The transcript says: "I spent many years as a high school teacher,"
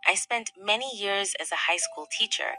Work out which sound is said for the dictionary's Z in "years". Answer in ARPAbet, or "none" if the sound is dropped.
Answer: Z